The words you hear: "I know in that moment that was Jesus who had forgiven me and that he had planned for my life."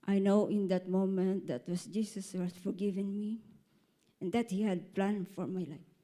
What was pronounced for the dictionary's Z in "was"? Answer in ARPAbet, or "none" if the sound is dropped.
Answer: S